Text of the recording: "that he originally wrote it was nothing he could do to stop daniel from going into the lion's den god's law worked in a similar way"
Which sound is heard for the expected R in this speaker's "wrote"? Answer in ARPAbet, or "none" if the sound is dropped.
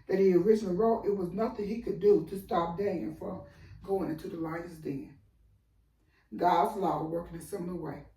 R